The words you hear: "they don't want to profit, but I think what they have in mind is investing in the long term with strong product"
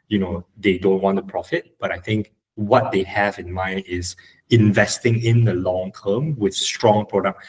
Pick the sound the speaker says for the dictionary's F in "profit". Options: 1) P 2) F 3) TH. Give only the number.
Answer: 2